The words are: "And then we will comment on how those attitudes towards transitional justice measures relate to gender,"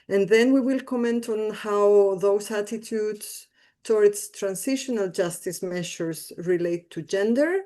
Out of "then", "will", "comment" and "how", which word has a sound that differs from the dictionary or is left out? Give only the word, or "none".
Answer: none